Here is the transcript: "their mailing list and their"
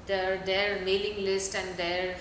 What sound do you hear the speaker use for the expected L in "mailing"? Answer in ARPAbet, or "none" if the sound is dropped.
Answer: L